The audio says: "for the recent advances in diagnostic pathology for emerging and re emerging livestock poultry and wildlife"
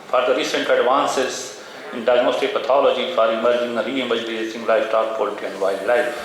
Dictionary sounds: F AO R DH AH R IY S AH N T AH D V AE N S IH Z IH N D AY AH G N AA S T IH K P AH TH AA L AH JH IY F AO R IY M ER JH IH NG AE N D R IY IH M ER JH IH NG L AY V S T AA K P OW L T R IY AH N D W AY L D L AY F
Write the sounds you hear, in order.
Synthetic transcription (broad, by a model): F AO R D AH R IY S AH N T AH D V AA N S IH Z IH N D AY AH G N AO S T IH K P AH T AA L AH JH IY F AO R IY M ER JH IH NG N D R IY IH M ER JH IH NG L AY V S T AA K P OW L T IY AH N D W AY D L AY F